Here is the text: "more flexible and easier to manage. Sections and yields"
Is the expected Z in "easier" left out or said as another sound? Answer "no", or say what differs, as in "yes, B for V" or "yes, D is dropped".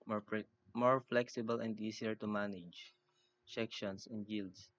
yes, S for Z